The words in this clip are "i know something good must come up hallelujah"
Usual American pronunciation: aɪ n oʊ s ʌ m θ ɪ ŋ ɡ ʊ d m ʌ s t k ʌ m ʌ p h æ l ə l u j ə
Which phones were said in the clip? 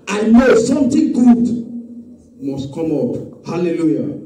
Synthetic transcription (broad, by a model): aɪ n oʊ s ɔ m t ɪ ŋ ɡ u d m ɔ s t k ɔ m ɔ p h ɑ l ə l u j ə